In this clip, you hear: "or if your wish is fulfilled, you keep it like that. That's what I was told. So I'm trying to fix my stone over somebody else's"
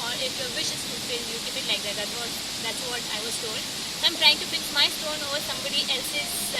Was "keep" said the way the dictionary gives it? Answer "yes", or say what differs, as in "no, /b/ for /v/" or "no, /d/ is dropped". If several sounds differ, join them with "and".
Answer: no, /b/ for /p/